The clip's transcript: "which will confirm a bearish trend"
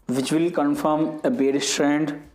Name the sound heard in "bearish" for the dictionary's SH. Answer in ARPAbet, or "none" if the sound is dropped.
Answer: S